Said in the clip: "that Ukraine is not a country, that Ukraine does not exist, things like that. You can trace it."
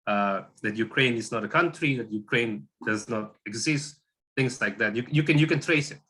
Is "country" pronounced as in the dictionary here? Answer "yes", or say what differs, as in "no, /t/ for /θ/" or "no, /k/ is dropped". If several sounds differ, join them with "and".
yes